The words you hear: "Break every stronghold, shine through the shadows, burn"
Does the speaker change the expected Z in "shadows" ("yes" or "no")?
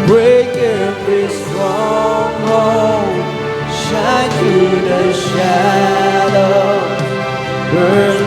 yes